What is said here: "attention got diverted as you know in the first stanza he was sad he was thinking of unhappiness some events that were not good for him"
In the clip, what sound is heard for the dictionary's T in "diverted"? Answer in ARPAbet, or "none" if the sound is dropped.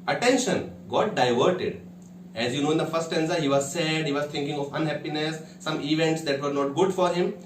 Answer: T